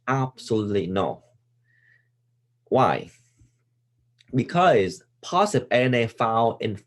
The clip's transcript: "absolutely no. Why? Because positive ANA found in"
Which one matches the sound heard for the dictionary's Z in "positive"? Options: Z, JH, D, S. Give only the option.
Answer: S